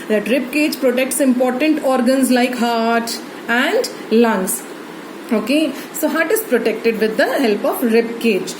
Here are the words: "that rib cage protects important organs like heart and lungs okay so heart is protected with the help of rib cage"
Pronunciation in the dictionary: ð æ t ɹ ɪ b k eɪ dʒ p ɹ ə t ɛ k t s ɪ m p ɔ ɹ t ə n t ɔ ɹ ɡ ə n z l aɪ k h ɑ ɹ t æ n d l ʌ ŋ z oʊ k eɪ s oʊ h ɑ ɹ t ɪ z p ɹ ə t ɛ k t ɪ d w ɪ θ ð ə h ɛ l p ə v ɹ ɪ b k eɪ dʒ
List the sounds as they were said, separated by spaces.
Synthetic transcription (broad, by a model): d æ t ɹ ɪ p k eɪ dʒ p ɹ ə t ɛ k t s ɪ m p ɔ ɹ t ə n t ɔ ɹ ɡ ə n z l aɪ k h ɑ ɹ t æ n d l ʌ ŋ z oʊ k eɪ s oʊ h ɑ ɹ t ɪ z p ɹ ə t ɛ k t ɪ d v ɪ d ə h ɛ l p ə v ɹ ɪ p k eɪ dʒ